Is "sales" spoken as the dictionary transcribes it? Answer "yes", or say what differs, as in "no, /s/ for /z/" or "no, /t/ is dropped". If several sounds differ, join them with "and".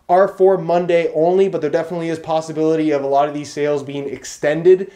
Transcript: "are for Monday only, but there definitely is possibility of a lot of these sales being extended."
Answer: yes